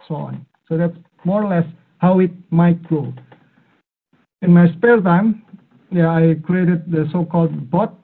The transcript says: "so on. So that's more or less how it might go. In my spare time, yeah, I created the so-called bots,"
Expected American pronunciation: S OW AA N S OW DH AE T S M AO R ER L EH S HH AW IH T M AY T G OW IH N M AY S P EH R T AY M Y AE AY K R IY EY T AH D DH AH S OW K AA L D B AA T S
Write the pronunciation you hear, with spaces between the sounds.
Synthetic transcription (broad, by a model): S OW AA N S OW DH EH T S M AO R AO L EH S HH AW IH T M AY T G OW IH N M AY S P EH L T AY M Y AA AY K R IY EY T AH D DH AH S OW K AA L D B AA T